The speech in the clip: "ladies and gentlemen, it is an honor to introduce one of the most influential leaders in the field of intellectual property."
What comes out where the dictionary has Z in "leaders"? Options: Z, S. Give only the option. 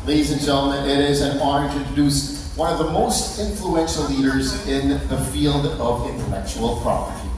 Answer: Z